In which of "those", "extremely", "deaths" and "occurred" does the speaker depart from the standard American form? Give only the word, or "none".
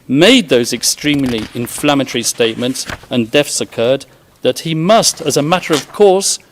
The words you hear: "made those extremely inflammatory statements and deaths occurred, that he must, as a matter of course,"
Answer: deaths